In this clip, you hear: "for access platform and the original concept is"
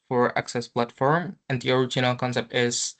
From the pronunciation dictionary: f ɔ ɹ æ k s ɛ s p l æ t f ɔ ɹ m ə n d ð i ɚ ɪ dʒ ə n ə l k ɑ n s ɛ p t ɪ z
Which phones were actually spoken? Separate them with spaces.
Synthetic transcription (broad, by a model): f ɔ ɹ æ k s ɛ s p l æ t f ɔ ɹ m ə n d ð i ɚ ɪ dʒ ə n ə l k ɑ n s ɛ p t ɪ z